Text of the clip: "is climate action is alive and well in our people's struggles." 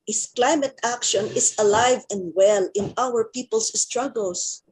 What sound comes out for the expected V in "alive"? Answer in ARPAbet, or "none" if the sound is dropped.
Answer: V